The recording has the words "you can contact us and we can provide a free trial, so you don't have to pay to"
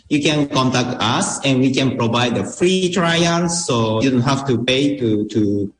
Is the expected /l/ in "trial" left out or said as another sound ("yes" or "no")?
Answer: yes